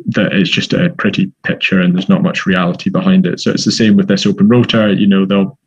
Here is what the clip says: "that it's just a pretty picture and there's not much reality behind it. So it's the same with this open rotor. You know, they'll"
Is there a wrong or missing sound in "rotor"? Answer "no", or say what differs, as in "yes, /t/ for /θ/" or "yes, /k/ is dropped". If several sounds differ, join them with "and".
no